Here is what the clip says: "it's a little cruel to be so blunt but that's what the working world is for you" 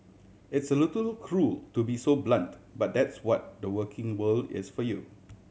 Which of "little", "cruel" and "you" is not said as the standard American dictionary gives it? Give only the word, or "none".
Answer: none